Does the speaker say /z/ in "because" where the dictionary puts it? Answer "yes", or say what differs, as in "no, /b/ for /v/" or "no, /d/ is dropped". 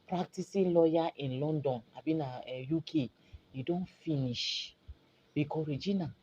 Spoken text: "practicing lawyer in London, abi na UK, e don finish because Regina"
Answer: no, /z/ is dropped